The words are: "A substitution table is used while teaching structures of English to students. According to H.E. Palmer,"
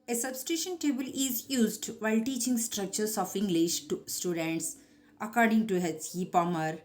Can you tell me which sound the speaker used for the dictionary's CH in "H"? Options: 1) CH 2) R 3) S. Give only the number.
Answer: 3